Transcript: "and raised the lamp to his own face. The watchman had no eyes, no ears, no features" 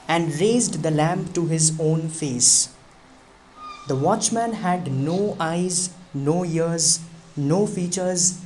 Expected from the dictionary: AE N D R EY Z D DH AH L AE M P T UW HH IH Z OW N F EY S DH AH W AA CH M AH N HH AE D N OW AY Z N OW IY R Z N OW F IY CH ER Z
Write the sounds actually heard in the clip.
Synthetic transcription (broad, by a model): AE N D R EY Z D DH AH L AE M P T UW HH IH Z OW N F EY S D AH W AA CH M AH N HH AE D N OW AY Z N OW IY R Z N OW F IY CH ER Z